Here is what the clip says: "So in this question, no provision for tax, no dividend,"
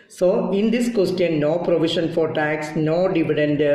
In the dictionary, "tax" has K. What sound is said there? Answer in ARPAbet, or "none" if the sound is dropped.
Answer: K